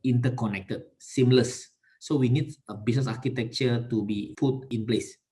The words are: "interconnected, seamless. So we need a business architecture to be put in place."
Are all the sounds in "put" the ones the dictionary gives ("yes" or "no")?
no